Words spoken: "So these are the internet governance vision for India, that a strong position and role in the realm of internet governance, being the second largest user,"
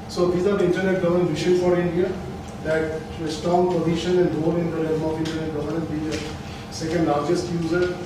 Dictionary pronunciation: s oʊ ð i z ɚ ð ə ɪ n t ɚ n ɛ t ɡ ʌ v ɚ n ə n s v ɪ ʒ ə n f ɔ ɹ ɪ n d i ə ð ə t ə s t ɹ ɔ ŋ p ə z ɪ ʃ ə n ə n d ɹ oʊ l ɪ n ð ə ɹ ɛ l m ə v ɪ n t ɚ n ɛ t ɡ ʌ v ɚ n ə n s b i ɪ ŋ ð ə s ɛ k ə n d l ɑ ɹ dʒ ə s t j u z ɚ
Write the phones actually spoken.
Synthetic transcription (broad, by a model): s oʊ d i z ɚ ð ɪ n t ɚ n ɛ t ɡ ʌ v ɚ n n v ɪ ʃ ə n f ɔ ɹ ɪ n d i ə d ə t ə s t ɔ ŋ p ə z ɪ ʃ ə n ə n d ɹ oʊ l ɪ n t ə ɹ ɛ m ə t ɪ n t ɚ n ɛ t ɡ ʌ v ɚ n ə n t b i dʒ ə s ɛ k ə n d l ɑ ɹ dʒ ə s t j u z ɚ